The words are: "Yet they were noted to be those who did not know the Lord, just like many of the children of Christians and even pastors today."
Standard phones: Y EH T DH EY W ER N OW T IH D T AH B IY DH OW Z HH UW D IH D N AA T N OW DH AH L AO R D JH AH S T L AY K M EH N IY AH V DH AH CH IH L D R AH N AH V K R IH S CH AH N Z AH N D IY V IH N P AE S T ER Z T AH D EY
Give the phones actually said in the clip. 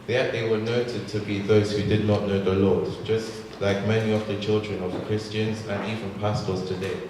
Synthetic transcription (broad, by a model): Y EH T DH EY W ER N OW T IH D T AH B IY DH OW Z HH UW D IH D N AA T N OW DH AH L AO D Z JH AH S T L AY K M EH N IY AH V DH AH CH IH L D R AH N AH V K R IH S CH AH N Z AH N IY V IH N P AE S T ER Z T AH D EY